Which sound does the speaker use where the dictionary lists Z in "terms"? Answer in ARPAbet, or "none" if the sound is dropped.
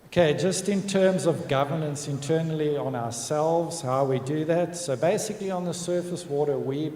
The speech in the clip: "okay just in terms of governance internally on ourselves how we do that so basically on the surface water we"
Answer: Z